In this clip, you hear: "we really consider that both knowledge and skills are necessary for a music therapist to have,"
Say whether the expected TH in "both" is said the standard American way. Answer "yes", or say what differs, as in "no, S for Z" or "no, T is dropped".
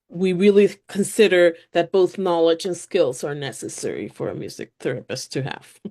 yes